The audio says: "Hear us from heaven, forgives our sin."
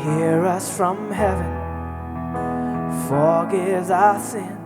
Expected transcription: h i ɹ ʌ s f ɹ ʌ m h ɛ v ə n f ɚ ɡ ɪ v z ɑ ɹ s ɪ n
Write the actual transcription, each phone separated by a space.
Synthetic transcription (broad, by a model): h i ɹ ʌ s f ɹ ʌ m h ɛ v ə n f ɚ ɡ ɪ z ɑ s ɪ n